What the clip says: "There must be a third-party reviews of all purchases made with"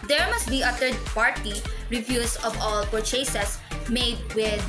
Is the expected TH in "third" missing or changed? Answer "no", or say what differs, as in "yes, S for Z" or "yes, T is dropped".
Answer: yes, T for TH